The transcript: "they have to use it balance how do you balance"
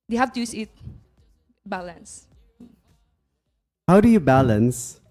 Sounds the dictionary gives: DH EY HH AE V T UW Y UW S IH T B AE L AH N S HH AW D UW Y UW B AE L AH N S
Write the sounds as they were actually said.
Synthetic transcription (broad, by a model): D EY HH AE F T UW Y UW S IH T B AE L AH N S HH AW D UW Y UW B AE L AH N S